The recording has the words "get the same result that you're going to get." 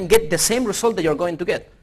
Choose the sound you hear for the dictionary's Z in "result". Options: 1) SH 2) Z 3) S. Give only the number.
3